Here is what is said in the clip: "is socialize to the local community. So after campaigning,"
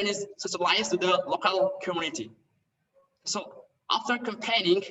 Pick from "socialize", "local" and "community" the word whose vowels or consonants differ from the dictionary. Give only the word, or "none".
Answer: socialize